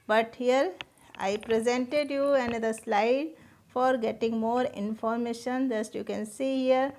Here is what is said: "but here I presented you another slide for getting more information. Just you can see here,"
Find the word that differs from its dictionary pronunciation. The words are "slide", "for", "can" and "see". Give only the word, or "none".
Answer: none